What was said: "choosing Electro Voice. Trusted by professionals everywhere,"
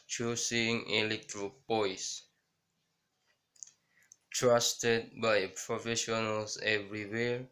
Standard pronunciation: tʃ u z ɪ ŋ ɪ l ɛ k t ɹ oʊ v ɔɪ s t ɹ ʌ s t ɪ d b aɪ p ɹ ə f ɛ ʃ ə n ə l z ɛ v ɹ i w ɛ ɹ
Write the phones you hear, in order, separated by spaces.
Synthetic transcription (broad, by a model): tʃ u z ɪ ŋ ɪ l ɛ k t ɹ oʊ p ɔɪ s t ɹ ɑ s t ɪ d b aɪ p ɹ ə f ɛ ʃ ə n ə l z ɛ v ɹ i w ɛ ɹ